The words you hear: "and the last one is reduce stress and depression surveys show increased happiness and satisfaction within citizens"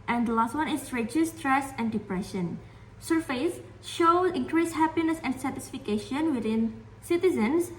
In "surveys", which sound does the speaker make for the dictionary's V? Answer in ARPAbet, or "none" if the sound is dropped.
F